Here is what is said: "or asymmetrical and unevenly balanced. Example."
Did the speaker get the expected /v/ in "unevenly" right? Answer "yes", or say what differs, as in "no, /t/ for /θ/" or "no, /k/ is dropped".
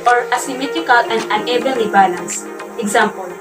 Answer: no, /b/ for /v/